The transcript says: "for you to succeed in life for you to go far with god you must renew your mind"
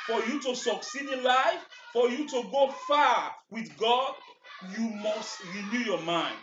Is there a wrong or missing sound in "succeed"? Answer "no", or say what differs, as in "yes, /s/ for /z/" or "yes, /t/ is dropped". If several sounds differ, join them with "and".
no